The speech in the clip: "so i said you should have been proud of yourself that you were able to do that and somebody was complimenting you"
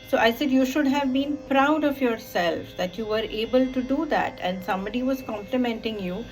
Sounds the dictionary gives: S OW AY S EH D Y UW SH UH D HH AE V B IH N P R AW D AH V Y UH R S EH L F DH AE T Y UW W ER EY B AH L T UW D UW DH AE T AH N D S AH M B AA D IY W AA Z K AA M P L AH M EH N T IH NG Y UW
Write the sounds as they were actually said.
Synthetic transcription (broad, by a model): S OW AY S EH D Y UW SH UH D HH AE V B IH N P R AW D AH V Y UH R S EH L F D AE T Y UW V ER EY B AH L T UW D UW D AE T AH N D S AH M B AA D IY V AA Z K AA M P L AH M EH N T IH NG Y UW